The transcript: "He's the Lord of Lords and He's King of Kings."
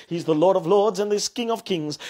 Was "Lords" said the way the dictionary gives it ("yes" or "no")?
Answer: yes